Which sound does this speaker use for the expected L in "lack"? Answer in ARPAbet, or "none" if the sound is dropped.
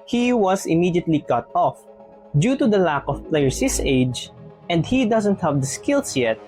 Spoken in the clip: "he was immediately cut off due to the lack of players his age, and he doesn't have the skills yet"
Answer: L